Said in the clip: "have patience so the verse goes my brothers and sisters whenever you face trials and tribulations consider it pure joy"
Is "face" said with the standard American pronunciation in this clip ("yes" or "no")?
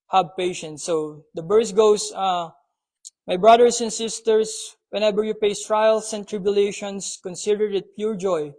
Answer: no